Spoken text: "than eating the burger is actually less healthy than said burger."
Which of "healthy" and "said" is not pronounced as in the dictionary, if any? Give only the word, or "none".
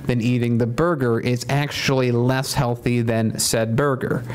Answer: none